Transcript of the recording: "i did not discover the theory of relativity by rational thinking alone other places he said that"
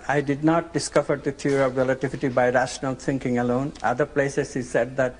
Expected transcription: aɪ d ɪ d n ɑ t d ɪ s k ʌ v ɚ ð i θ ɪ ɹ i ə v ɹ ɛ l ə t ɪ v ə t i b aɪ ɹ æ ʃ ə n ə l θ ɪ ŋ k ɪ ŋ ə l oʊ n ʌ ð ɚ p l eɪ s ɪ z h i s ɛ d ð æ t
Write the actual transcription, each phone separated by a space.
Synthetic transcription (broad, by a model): aɪ d ɪ d n ɑ t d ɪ s k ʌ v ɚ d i t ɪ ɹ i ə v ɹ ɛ l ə t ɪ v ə t i b aɪ ɹ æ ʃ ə n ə l t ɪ ŋ k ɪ ŋ ə l oʊ n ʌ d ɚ p l eɪ s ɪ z h i s ɛ d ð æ t